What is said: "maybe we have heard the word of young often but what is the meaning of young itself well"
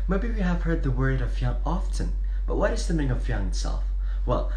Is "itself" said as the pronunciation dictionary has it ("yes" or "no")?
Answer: yes